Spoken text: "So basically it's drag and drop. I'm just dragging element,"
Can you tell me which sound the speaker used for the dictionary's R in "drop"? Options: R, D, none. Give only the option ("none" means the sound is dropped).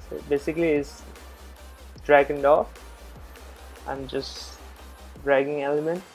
none